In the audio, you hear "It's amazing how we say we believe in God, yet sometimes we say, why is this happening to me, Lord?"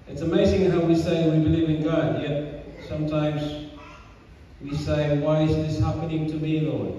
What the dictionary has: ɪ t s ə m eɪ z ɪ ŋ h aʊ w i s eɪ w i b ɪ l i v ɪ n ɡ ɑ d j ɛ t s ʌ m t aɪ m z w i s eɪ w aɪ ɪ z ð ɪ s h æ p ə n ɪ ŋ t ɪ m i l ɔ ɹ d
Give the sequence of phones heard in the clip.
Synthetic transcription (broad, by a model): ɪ t s ə m eɪ z ɪ ŋ h aʊ w i s eɪ w i b ɪ l i v ɪ n ɡ ɑ d j ɛ t s ʌ m t aɪ m z w i s eɪ w aɪ ɪ z ð ɪ s h æ p ə n ɪ ŋ t ɪ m i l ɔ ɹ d